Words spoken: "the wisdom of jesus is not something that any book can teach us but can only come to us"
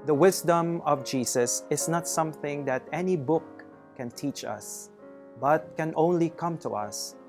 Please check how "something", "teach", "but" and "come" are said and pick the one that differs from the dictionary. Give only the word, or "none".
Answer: none